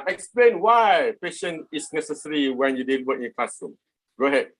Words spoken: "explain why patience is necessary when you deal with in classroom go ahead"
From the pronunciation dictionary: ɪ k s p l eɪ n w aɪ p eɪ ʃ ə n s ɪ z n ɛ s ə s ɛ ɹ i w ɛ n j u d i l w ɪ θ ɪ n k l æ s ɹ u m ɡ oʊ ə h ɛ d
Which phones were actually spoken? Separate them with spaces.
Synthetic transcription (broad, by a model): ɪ k s p l eɪ n w aɪ p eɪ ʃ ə n ɪ s n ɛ s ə s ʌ ɹ i w ɛ n j u d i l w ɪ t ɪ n k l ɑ s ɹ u m ɡ oʊ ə h ɛ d